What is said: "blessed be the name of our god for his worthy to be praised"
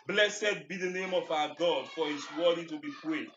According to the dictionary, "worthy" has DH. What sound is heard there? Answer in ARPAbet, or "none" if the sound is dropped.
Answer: none